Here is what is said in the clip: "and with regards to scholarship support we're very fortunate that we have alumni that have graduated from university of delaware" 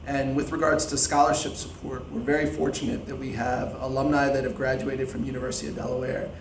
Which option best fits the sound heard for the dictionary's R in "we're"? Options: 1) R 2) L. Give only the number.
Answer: 1